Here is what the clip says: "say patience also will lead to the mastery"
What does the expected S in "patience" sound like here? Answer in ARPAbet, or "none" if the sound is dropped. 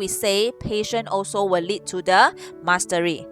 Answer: none